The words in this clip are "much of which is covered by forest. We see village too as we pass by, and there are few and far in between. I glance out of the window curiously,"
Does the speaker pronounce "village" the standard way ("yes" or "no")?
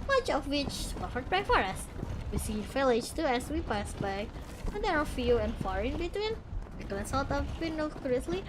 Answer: no